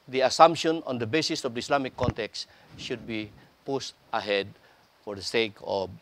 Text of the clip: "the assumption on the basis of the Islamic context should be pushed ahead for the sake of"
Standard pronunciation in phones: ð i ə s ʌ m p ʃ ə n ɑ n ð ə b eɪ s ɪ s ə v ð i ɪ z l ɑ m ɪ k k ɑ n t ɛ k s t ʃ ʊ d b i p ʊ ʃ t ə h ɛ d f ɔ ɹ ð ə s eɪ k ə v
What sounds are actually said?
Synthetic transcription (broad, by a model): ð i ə s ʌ m p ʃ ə n ɑ n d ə b eɪ s ɪ s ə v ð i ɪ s l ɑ m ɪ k k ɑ n t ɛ k s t ʃ ʊ d b i p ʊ s t ə h ɛ d f ɔ ɹ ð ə s eɪ k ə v